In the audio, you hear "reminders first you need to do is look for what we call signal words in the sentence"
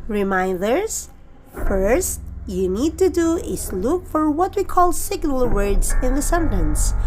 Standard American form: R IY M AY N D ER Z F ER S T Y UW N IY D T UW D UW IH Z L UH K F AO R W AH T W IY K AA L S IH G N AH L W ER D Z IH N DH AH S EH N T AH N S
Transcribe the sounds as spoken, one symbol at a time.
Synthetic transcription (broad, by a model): R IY M AY N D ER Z F ER S T Y UW N IY D T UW D UW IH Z L UH K F AO R W AH T W IY K AA L S IH G N AH L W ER D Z IH N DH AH S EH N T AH N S